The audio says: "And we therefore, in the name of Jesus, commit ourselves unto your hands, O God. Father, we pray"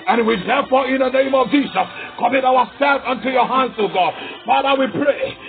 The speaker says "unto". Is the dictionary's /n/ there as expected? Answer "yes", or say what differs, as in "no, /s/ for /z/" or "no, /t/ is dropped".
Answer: yes